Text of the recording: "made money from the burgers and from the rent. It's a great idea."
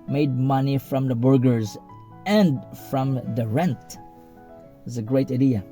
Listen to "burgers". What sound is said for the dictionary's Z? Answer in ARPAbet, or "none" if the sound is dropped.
Z